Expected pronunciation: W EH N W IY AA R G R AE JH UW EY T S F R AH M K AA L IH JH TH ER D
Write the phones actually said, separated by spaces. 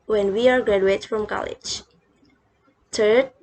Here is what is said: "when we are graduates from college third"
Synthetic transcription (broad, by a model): W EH N W IY AA R G R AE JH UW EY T F R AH M K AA L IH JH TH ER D